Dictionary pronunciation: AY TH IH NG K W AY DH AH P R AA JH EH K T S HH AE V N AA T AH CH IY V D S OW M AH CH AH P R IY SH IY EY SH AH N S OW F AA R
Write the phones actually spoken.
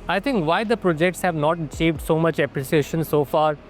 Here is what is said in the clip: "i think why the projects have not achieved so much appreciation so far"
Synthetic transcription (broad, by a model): AY T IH NG K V AY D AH P R AA JH EH K T S HH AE V N AA T AH CH IY V D S OW M AH CH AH P R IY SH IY EY SH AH N S OW F AA R